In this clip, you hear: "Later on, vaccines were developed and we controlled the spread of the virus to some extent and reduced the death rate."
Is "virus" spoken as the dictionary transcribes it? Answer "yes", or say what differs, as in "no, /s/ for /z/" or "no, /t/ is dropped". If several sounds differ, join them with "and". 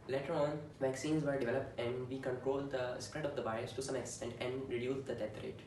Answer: no, /b/ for /v/ and /ɹ/ is dropped